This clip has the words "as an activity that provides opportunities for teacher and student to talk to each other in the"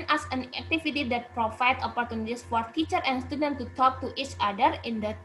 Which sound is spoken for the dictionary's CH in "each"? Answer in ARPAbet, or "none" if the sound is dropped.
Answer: CH